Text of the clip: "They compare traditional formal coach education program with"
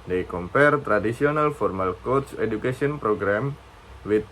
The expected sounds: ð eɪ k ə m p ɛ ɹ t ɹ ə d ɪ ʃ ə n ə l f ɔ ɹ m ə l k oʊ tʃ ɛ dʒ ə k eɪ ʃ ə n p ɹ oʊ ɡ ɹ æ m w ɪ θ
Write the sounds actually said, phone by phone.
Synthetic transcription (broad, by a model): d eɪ k ə m p ɛ ɹ t ɹ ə d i s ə n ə l f ɔ ɹ m ə l k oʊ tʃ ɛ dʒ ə k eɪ s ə n p ɹ oʊ ɡ ɹ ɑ m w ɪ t